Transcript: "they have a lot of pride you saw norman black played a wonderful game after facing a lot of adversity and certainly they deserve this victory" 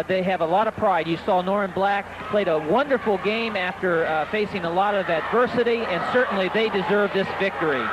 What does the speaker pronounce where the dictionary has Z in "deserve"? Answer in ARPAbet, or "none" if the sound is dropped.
Z